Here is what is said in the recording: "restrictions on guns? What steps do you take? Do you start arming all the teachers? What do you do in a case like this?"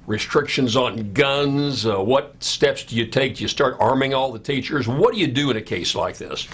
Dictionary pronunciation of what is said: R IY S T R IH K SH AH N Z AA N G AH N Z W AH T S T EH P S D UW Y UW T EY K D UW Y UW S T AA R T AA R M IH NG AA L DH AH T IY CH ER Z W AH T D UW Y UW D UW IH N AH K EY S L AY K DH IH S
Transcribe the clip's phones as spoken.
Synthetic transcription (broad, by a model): R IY S T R IH K SH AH N Z N G AH N Z W AH T S T EH P S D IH Y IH T EY K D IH Y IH S T AA R T AA R M IH NG AA L DH AH T IY CH ER Z W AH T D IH Y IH D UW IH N AH K EY S L AY K DH IH S